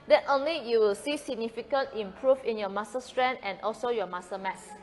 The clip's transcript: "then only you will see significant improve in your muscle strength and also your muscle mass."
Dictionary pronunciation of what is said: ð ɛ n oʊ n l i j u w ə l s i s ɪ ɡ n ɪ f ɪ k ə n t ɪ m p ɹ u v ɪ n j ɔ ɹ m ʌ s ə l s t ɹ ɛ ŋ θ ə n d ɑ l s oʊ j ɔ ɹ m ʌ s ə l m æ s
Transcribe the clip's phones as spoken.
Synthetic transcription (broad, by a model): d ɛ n oʊ n l i j u w ə l s i s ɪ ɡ n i f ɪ k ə n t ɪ m p ɹ u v ɪ n j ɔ m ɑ s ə s t ɹ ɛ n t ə n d ɑ l s oʊ j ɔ m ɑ s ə m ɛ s